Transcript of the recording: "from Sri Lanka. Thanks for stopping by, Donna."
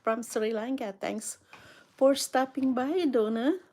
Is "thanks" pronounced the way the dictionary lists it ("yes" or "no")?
no